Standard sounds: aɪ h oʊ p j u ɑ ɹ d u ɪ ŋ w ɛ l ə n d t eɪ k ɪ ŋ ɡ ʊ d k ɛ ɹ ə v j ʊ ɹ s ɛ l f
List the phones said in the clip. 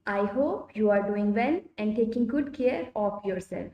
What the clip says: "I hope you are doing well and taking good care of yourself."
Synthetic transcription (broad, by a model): aɪ h oʊ p j u ɑ ɹ d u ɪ ŋ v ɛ n ə n d t eɪ k ɪ ŋ ɡ ʊ d k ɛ ɹ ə f j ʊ ɹ s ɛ l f